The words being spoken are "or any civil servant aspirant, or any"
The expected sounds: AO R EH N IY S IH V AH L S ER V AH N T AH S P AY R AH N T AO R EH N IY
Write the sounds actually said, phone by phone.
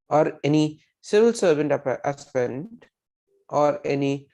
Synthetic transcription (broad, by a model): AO R EH N IY S IH V AH L S ER V AH N T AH P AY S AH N T AO R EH N IY